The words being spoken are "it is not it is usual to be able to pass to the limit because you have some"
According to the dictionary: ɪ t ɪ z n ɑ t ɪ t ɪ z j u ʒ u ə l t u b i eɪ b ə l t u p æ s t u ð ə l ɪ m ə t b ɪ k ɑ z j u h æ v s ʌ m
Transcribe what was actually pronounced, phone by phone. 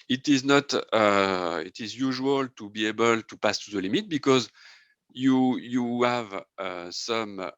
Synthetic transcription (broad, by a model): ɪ t ɪ z n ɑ t ɪ t ɪ z j u ʒ u ə l t u b i eɪ b ə l t u p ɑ s t u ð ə l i m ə t b ɪ k ɑ z j u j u v s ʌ m